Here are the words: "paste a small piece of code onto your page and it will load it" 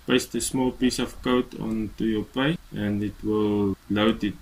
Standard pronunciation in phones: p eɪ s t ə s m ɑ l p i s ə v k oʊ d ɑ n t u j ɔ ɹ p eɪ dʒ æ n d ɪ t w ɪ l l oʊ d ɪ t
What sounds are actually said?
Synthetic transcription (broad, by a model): p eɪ s t ə s m ɑ l p i s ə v k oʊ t ɑ n t u j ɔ p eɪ æ n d ɪ t w ɪ l l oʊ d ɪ t